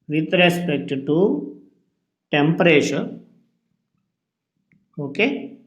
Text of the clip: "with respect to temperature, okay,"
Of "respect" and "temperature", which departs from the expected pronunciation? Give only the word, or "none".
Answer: temperature